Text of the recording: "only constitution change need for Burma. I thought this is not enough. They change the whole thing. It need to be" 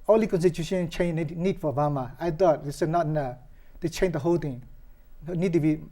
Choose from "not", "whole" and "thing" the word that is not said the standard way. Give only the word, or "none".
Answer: thing